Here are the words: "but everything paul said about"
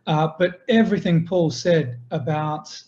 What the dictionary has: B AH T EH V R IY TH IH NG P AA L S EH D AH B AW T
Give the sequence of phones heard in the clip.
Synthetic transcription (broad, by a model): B AH T EH V R IY TH IH NG P AA L S EH D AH B AW T